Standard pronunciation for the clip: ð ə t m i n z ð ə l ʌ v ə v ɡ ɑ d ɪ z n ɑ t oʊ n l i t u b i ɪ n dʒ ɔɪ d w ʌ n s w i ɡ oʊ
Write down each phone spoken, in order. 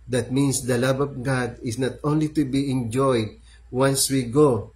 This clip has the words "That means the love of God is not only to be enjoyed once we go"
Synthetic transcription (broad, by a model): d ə t m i n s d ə l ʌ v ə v ɡ ɑ d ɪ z n ɑ t oʊ n l i t u b i ɪ n dʒ ɔɪ d w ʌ n s w i ɡ oʊ